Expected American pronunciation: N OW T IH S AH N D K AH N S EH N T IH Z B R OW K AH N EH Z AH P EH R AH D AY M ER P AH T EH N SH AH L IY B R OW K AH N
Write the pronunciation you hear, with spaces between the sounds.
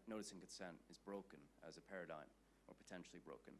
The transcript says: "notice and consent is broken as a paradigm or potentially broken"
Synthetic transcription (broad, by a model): N OW T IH S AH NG K AH N S EH N T IH Z B R OW K AH N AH Z AH P EH R AH D AY M ER P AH T EH N SH L IY B R OW K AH N